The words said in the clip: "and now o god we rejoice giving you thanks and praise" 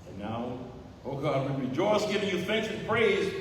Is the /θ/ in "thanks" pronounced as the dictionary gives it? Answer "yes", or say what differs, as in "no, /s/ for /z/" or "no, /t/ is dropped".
yes